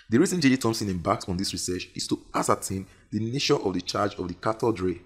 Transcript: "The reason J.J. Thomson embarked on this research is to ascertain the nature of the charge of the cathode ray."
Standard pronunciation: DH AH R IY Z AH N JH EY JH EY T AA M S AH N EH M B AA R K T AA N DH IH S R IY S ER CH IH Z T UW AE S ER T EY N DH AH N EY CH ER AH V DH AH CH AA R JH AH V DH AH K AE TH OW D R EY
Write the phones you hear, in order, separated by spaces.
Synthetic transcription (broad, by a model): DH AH R IY Z AH N JH EY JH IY T AA M S AH N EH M B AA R K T AA N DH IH S R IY S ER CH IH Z T UW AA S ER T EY N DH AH N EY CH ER AH V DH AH CH AA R JH AH V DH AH K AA T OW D R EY